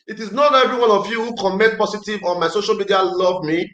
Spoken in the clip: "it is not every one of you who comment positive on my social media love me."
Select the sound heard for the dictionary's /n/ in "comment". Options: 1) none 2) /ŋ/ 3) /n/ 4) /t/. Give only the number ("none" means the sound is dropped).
1